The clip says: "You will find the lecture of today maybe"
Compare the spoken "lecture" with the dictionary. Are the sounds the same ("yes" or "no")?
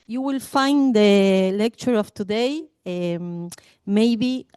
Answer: yes